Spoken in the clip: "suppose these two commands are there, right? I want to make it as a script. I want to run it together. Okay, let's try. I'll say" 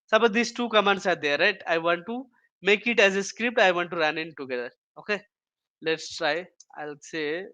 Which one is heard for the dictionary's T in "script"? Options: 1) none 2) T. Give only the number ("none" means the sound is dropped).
2